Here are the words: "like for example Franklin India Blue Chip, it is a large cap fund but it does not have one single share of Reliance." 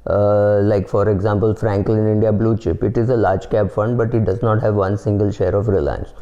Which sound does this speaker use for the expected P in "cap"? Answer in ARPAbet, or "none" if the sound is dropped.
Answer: B